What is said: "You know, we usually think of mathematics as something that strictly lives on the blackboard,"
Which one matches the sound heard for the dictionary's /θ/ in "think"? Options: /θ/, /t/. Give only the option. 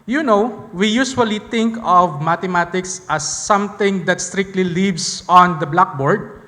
/t/